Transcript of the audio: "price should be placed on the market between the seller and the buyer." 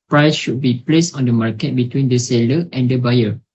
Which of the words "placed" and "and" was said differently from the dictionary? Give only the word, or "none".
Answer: none